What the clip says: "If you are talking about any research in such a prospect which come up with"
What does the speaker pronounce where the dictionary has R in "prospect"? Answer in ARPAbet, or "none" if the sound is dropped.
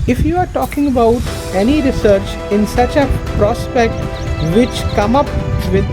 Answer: R